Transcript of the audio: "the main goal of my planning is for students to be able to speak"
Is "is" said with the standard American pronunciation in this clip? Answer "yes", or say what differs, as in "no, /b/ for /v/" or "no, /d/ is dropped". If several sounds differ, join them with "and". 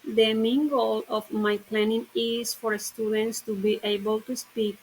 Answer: no, /s/ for /z/